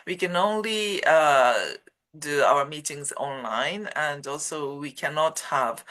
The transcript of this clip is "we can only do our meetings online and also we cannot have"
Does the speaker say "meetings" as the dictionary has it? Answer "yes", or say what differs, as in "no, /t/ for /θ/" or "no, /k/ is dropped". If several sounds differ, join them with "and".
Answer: yes